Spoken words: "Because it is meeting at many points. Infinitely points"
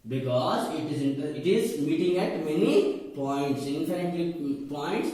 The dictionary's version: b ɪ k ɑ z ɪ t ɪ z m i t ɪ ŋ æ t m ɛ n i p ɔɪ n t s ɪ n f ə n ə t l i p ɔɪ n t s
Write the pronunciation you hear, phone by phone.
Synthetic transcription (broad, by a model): b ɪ k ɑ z ɪ t ɪ z m i t ɪ ŋ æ t m ɛ n i p ɔɪ n t s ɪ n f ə ə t i p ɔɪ n t s